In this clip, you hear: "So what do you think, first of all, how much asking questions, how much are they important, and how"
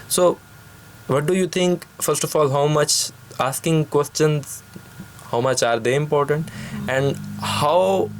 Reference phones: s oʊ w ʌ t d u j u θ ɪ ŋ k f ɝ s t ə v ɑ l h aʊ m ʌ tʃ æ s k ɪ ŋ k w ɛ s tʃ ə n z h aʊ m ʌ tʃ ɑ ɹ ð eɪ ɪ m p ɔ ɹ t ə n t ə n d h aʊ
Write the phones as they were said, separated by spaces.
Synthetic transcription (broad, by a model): s oʊ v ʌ t d u j u t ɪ ŋ k f ɝ s t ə f ɑ l h aʊ m ʌ tʃ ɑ s k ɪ ŋ k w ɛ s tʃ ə n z h aʊ m ʌ tʃ ɑ ɹ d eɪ ɪ m p ɔ ɹ t ə n t ə n d h aʊ